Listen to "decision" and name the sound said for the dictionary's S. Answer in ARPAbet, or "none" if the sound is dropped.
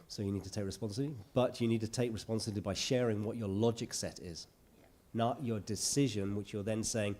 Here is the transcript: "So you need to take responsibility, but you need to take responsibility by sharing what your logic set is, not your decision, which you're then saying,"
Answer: S